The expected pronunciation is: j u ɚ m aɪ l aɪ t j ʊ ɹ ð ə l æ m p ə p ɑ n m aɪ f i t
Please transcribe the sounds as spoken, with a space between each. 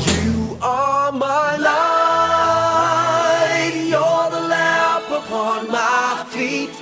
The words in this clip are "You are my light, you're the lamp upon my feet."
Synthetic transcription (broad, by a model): j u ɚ m aɪ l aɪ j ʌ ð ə l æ p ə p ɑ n m aɪ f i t